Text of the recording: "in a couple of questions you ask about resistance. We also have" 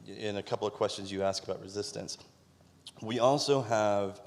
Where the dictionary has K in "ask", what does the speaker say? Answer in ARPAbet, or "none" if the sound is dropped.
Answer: K